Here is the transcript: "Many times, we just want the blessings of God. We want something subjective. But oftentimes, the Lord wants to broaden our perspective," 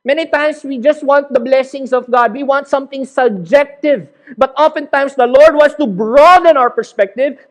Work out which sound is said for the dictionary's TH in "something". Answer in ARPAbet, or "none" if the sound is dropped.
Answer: T